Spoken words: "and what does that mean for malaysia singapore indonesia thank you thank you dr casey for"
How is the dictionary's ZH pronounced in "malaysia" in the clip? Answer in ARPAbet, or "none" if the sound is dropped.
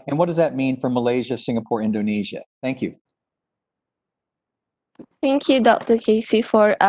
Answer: ZH